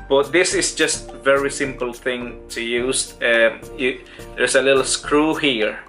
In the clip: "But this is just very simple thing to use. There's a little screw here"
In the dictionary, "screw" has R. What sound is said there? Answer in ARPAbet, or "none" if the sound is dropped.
R